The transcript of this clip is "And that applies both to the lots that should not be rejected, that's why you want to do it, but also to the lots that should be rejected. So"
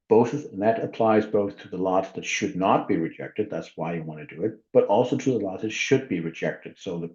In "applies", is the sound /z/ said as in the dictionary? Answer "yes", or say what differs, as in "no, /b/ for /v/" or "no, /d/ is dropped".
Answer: yes